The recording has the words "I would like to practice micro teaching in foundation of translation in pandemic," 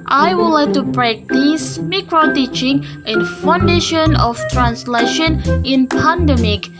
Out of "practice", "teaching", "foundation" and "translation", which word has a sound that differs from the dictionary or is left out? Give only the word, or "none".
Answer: practice